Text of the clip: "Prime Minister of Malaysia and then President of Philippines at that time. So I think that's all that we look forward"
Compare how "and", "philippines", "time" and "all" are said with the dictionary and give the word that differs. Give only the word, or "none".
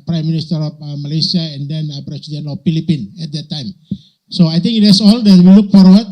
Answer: philippines